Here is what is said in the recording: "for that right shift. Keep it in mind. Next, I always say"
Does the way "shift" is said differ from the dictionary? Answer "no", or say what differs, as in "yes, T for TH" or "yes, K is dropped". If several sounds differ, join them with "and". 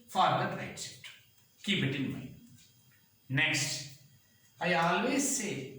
yes, S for SH and F is dropped